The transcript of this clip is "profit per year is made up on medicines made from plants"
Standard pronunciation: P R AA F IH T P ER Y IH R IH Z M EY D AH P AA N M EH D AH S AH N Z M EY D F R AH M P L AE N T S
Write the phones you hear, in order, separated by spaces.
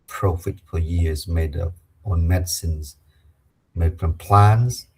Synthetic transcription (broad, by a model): P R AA F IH T F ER Y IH IH Z M EY D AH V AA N M EH D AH S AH N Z M EY D F R AH M P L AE N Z